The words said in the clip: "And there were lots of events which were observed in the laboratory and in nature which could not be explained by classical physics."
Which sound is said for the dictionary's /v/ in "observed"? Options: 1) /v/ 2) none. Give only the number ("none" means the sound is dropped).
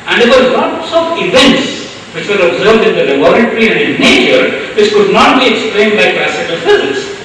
1